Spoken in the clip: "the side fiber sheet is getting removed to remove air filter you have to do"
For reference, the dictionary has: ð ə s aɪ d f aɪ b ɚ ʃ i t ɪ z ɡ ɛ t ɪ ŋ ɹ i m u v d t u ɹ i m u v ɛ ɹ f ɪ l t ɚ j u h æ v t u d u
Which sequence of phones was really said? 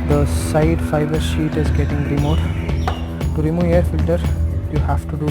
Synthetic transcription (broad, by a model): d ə s aɪ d f aɪ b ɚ ʃ i t ɪ z ɡ ɛ t ɪ ŋ ɹ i m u d t u ɹ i m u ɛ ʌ ɹ f ɪ l t ɚ j u h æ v t u d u